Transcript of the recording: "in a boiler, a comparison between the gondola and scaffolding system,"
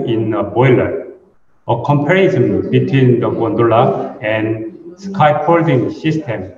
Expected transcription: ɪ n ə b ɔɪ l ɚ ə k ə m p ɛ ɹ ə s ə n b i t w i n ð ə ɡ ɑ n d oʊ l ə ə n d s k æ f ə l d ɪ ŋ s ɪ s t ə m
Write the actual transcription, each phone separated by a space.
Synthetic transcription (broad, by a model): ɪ n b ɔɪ l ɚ ə k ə m p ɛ ɹ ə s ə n b i t w i n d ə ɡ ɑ n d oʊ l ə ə n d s k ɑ p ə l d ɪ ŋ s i s t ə m